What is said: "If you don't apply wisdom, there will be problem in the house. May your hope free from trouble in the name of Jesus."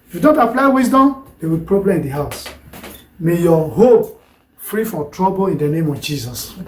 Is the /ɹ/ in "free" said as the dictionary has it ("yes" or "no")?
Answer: yes